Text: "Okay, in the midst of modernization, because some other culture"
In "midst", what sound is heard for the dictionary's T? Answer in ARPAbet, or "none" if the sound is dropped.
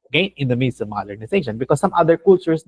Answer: none